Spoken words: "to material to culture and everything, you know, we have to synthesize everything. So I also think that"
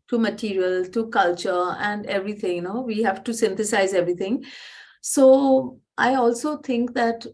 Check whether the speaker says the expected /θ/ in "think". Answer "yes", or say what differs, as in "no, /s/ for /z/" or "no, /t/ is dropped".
no, /t/ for /θ/